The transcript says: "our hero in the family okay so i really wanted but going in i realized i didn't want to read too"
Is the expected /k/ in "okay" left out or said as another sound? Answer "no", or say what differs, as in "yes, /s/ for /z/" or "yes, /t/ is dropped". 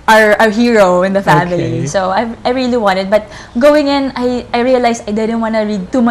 yes, /k/ is dropped